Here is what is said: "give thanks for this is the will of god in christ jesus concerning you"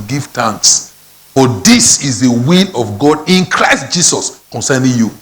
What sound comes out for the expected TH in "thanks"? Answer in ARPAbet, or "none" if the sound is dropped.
T